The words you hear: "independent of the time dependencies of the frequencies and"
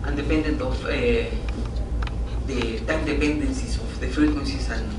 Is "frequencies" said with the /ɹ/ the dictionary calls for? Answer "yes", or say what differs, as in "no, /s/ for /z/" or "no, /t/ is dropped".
no, /ɹ/ is dropped